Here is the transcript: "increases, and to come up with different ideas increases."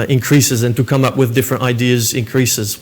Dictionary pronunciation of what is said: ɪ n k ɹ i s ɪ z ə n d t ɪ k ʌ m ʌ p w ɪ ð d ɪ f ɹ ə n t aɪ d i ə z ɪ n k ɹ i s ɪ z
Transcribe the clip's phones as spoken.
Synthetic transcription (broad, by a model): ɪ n k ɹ i s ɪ z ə n t ɪ k ʌ m ʌ p w ɪ ð d ɪ f ɹ ə n t aɪ d i ə z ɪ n k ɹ i s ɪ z